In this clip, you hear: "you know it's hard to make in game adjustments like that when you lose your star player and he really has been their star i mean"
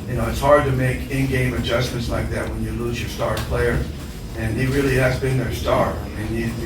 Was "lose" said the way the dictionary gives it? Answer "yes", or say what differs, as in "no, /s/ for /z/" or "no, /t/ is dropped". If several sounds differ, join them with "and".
yes